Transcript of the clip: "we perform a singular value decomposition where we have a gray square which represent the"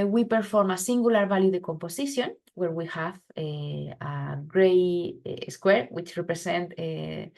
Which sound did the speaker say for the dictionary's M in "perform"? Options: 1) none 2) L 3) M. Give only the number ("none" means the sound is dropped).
3